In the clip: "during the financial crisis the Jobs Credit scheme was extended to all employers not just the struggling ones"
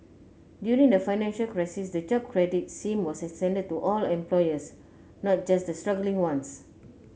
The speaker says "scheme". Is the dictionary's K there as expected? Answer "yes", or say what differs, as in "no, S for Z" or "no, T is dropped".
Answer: no, K is dropped